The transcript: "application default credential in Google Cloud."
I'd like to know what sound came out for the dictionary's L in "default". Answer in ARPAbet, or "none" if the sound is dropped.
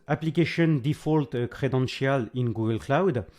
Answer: L